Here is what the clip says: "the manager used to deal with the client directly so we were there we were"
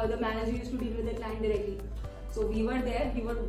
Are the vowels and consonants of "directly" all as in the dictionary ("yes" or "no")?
yes